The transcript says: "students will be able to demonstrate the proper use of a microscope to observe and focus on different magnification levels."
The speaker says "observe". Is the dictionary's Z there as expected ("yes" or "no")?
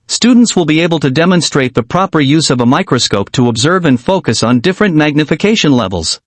yes